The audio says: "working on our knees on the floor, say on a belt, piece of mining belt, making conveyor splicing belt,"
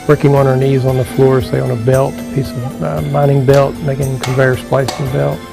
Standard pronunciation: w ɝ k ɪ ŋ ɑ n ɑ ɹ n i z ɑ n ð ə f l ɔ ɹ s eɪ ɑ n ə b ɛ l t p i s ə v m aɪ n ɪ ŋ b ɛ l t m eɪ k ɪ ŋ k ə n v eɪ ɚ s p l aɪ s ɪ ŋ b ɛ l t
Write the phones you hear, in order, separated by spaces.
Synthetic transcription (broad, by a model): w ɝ k ɪ ŋ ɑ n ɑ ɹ n i z n ð ə f l ɔ ɹ s eɪ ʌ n ə b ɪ l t p i s ə v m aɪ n ɪ ŋ b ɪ l t m eɪ k ɪ ŋ k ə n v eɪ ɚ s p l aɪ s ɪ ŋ b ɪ l t